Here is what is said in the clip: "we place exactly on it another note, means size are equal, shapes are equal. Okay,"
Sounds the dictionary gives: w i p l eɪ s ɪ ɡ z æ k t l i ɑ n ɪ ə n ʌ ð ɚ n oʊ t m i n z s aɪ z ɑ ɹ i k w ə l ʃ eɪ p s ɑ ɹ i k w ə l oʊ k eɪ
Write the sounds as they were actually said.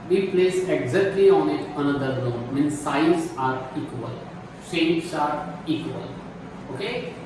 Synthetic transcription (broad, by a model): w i p l eɪ s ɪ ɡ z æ k t l i ɑ n ɪ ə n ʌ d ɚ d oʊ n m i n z s aɪ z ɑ ɹ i k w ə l s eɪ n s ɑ ɹ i k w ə l oʊ k eɪ